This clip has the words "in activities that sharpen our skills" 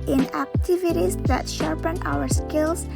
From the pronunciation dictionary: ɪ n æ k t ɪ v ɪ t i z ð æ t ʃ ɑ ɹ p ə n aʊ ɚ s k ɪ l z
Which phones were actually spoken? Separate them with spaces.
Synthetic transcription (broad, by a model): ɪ n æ k t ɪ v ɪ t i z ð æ t ʃ ɑ ɹ p ə n aʊ ɚ s k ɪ l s